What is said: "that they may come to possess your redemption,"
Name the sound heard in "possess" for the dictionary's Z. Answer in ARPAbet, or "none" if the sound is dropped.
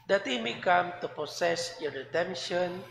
S